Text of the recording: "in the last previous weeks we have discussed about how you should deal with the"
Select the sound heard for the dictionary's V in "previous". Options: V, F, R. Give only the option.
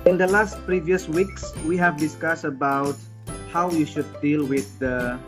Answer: V